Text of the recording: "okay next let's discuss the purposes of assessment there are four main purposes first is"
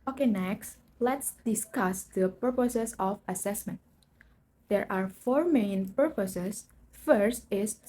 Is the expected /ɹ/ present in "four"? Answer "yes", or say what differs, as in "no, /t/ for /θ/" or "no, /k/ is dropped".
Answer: yes